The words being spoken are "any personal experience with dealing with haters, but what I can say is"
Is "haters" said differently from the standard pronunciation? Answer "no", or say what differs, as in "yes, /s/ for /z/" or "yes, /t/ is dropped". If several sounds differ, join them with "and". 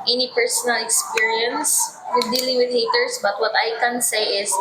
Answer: yes, /s/ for /z/